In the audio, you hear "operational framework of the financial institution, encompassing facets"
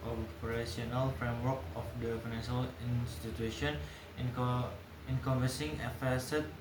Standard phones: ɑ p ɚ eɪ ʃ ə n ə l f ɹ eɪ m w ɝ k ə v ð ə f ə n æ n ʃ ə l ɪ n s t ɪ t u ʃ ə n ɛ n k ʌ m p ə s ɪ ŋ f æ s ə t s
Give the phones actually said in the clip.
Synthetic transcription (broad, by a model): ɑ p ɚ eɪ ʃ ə n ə l f ɹ eɪ m w ɝ k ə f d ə f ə n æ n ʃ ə l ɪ n s t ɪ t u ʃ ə n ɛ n k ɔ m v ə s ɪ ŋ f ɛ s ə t